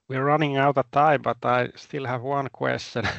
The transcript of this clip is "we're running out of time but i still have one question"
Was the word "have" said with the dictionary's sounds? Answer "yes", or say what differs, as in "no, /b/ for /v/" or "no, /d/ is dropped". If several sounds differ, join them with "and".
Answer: yes